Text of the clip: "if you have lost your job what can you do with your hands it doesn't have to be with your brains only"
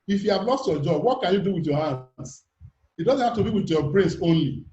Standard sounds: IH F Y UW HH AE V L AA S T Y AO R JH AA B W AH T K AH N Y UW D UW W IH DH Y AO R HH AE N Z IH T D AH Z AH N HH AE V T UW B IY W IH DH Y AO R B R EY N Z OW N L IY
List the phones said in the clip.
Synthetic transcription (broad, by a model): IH F Y UW HH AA V L AA S T Y AO JH AA B W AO T K AH N Y UW D UW W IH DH Y AO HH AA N S IH T D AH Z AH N HH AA F T UW B IY W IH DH Y AO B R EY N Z OW N L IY